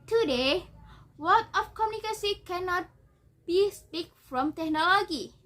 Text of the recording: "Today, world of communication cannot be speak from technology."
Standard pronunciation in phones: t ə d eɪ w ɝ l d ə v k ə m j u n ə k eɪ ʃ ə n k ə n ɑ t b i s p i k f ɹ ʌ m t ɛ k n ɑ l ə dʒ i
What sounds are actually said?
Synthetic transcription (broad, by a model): t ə d eɪ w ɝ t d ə f k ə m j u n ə k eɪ s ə k ə n ɑ t b i s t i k f ɹ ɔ m t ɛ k n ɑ l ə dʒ i